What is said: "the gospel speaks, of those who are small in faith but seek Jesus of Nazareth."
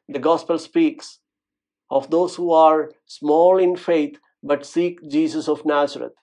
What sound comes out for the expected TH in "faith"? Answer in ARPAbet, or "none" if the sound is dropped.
T